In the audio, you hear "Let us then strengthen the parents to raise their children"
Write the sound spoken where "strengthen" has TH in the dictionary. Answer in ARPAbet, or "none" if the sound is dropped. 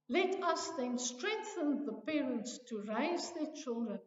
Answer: TH